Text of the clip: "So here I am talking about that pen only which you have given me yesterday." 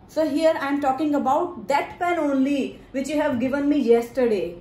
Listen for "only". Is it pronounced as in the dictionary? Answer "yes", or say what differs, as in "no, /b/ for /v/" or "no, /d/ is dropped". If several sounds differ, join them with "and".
yes